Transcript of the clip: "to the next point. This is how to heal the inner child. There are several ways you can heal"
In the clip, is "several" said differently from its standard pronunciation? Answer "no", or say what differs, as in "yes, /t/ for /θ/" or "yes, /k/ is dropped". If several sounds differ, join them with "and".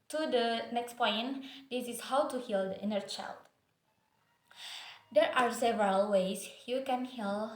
no